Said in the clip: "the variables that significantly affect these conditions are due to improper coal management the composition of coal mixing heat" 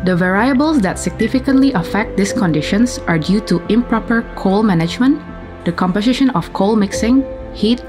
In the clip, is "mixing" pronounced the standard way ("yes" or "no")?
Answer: yes